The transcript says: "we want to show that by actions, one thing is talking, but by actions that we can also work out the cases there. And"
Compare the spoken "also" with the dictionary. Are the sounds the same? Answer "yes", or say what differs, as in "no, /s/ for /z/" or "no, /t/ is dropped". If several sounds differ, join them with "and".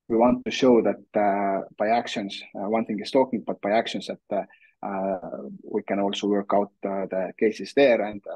yes